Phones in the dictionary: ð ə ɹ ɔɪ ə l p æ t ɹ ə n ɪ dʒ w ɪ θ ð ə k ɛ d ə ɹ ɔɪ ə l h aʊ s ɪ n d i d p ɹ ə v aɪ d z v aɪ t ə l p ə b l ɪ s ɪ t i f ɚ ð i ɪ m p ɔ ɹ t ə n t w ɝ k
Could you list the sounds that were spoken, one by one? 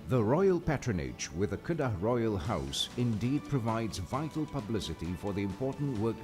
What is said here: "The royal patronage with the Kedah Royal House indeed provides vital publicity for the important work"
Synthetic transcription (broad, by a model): ð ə ɹ ɔɪ ə l p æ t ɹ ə n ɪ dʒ w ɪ ð ə k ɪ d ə ɹ ɔɪ ə l h aʊ s ɪ n d i d p ɹ ə v aɪ d z v aɪ t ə l p ə b l ɪ s ɪ t i f ɚ ð i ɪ m p ɔ ɹ t n t w ɝ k